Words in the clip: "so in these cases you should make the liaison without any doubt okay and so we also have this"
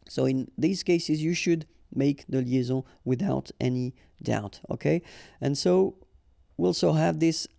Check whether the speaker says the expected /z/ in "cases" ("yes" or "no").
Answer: yes